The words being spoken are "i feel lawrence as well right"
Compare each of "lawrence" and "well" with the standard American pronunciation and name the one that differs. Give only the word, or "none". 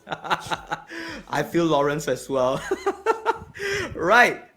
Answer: none